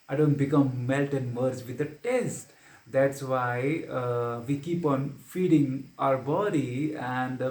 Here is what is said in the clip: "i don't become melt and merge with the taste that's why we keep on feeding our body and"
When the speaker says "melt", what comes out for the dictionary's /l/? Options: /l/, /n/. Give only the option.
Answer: /l/